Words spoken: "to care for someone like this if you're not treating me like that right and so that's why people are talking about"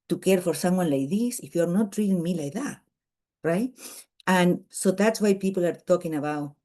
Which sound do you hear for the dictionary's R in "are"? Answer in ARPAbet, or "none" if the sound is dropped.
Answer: R